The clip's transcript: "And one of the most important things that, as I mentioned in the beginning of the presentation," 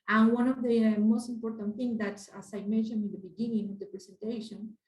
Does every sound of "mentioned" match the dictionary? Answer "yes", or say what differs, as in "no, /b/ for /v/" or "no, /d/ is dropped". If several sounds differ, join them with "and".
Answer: no, /n/ is dropped and /d/ is dropped